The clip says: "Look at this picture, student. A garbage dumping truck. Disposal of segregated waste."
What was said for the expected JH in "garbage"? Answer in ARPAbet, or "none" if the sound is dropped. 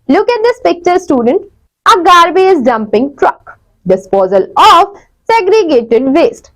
Z